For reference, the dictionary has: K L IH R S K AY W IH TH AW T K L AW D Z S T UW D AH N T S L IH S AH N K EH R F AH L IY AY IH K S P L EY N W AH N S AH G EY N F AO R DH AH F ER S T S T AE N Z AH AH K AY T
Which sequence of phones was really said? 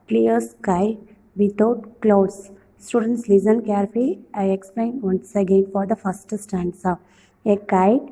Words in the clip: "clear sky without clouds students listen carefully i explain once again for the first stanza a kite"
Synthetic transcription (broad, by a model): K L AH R S K AY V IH T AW T K L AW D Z S T UW D AH N T S L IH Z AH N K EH R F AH IY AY IH K S P L EY N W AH N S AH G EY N F AO R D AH F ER S T S T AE N S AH AH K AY